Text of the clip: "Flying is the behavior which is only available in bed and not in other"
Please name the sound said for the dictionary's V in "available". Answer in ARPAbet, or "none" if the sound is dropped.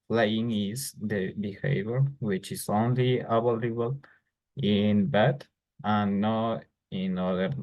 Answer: B